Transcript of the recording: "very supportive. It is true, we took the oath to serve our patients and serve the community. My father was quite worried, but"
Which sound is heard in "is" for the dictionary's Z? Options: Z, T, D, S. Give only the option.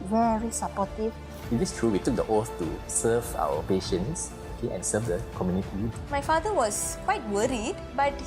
S